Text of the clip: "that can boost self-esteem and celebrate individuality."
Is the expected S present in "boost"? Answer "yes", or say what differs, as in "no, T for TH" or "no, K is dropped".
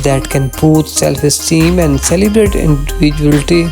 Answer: no, S is dropped